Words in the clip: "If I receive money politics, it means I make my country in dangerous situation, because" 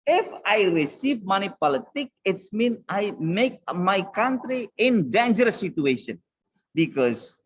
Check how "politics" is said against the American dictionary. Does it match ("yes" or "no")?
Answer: no